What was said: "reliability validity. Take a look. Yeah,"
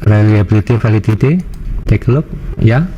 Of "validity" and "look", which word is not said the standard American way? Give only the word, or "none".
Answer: validity